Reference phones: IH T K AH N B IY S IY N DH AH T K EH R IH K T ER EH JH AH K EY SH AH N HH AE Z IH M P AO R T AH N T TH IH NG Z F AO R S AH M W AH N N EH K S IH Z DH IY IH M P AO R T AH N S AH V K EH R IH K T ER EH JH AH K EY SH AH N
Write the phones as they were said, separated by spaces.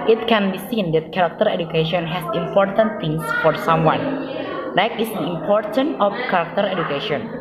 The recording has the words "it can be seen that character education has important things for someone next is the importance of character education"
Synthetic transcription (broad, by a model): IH T K AH N B IY S IY N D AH T K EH R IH K T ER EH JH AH K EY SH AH N HH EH S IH M P AO R T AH N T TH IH NG S F AO R S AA M W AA N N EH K IH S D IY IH M P AO R T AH N AH F K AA R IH K T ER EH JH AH K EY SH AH N